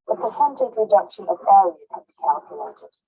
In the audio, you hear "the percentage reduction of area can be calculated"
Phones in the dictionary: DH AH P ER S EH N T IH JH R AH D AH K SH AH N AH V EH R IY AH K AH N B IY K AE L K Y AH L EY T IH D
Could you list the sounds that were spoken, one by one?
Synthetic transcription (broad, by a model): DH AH P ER S EH N T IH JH R AH D AH K SH AH N AH V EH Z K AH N B IY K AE L K Y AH L EY T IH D